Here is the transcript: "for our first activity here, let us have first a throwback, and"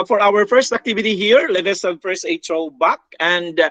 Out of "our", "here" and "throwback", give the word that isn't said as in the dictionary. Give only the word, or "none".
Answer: throwback